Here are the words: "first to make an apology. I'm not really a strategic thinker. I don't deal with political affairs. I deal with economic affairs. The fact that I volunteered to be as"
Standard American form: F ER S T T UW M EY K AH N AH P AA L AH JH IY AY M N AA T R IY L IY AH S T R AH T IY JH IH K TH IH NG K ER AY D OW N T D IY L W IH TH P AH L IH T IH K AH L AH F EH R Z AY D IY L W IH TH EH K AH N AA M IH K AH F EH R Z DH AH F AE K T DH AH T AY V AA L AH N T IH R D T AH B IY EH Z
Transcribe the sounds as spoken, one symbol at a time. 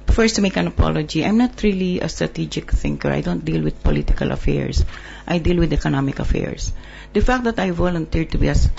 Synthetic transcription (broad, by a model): F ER S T T UW M EY K AH N AH P AA L AH JH IY AY M N AA T R IY L IY AH S T R AH T IY JH IH K TH IH NG K ER AY D OW N T D IY L W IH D P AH L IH T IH K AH L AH F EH R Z AY D IY L W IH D EH K AH N AA M IH K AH F EH R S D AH F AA K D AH T AY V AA L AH N T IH R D T AH B IY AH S